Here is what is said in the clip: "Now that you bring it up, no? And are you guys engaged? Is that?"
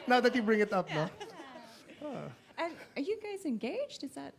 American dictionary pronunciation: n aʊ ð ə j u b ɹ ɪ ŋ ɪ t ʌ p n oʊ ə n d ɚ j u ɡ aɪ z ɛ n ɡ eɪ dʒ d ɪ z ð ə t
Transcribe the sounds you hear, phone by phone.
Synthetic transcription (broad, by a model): n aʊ ð ə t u b ɹ ɪ ŋ ɪ t ʌ p n oʊ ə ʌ ɚ j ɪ ɡ aɪ z ɛ n ɡ eɪ dʒ d ɪ z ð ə t